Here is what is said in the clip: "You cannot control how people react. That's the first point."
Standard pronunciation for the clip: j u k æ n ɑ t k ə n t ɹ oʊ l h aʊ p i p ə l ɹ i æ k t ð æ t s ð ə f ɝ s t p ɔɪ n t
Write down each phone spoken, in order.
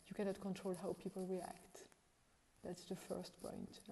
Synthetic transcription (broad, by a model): j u k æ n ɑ t k ə n t ɹ oʊ l h aʊ p i p ə l ɹ i æ k t ð æ t s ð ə f ɝ s t p ɔɪ n t